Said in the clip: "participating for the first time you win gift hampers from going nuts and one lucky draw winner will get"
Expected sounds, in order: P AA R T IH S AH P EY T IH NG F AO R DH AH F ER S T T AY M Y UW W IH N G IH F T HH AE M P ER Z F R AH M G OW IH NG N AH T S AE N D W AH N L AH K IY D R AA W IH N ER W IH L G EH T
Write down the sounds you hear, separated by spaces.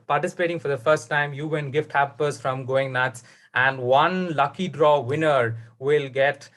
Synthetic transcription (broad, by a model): P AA R T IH S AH P EY T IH NG F AO R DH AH F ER S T T AY M Y UW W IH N G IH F T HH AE P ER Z F R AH M G OW IH NG N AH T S AE N D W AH N L AH K IY D R AA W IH N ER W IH L G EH T